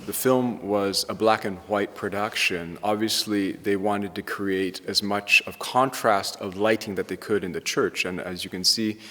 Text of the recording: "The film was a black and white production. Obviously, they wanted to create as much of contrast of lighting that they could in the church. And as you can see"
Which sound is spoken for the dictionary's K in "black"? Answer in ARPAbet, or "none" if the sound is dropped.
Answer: K